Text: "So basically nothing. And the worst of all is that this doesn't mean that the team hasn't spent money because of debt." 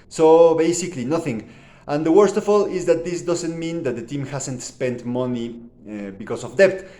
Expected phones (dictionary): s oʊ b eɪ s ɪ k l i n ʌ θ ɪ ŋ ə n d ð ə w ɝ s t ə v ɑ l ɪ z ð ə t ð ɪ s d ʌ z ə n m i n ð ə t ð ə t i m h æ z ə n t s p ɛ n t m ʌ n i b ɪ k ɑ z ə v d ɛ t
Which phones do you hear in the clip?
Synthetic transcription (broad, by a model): s oʊ b eɪ s ɪ k l i n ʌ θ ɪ ŋ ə n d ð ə w ɝ s t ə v ɑ l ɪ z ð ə t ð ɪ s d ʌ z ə n m i n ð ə t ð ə t i m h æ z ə n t s p ɛ n t m ʌ n i b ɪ k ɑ s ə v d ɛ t